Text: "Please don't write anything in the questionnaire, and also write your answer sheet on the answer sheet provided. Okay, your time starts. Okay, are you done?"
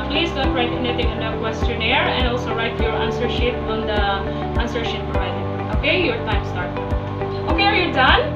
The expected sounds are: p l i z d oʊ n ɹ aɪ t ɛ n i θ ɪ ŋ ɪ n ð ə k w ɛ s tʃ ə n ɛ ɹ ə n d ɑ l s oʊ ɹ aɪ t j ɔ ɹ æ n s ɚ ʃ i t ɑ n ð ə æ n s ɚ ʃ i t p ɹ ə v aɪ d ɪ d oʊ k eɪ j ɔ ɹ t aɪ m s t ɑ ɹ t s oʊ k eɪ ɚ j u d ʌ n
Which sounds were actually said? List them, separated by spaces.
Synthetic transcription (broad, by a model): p l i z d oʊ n ɹ aɪ t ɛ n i t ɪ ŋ ɪ n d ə k w ɛ s tʃ ə n ɛ ɹ ə n d ɑ l s oʊ ɹ aɪ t j ɔ ɹ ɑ n s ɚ ʃ i t ɑ n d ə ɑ n s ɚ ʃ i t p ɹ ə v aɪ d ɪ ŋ oʊ k eɪ j ɔ ɹ t aɪ m s t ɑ ɹ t oʊ k eɪ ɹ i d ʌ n